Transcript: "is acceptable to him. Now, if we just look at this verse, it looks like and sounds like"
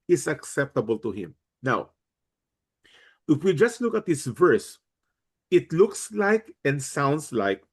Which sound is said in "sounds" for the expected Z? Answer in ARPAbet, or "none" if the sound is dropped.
S